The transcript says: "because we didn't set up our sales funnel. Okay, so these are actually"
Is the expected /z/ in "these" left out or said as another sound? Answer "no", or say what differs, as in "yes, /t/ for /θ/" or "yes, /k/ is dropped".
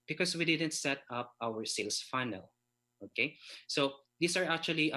yes, /s/ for /z/